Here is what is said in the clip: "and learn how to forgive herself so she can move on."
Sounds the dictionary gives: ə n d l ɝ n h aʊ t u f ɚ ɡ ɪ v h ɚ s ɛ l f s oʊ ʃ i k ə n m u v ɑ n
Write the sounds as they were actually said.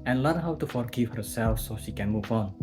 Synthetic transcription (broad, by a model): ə n l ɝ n h aʊ t u f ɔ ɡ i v h ɚ s ɛ l f s oʊ ʃ i k ə n m u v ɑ n